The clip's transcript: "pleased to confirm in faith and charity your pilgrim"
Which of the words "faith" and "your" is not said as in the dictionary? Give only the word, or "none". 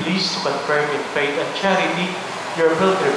faith